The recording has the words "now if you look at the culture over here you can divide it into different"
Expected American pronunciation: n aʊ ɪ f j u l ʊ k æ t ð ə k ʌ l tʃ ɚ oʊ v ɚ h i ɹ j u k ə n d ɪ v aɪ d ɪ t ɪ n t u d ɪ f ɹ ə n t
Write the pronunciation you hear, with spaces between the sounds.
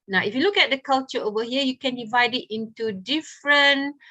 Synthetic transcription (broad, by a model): n aʊ ɪ f j u l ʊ k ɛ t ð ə k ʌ l tʃ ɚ oʊ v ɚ h i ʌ j u k ə n d ɪ v aɪ d ɪ t ɪ n t u d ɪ f ɹ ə n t